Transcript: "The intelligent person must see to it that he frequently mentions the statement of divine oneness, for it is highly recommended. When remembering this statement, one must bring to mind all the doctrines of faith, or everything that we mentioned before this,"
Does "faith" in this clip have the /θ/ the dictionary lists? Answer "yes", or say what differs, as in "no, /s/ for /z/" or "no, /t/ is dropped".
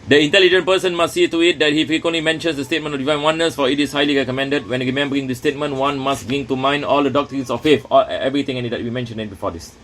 no, /f/ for /θ/